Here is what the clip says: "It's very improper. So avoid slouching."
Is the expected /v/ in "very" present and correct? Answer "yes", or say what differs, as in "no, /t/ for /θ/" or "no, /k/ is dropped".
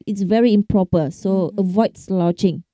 yes